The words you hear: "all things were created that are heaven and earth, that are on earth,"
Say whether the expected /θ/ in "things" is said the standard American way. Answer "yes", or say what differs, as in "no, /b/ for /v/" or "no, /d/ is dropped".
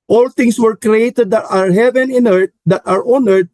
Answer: no, /t/ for /θ/